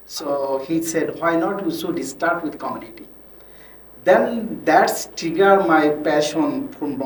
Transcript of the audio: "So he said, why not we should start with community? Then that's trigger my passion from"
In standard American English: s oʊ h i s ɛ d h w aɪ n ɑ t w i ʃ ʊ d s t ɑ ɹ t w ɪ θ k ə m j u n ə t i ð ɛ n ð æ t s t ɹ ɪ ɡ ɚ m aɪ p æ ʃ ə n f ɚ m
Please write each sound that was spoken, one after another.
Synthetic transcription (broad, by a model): s oʊ h i s ɛ d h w aɪ n ɑ t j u s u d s t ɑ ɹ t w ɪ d k ə m j u n ə t i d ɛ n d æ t s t ɪ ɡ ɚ m aɪ p æ ʃ ə n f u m